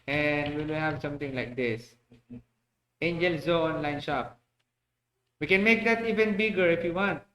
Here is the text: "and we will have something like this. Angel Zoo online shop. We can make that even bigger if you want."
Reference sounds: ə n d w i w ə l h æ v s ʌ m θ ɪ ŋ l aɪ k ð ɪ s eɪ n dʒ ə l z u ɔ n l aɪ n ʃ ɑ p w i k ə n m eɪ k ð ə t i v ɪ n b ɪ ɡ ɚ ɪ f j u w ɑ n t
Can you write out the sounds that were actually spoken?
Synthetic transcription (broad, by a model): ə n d w i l h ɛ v s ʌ m t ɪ ŋ l aɪ k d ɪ s eɪ n dʒ ə l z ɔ ɔ n l aɪ n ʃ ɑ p w i k ə n m eɪ k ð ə t i v ɪ n b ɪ ɡ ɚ ɪ f j u w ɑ n t